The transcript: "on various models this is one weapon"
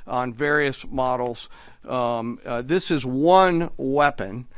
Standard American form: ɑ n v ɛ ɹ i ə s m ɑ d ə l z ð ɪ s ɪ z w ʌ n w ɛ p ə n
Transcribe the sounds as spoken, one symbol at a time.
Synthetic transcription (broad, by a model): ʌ n v ɛ ɹ i ə s m ɑ d l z ð ɪ s ɪ z w ʌ n w ɛ p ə n